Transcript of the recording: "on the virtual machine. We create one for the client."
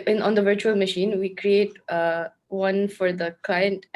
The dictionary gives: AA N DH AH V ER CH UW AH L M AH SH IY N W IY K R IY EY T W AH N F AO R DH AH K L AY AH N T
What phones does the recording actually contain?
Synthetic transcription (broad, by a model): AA N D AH V ER CH UW AH L M AH SH IY N W IY K R IY EY T W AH N F AO R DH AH K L AY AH N T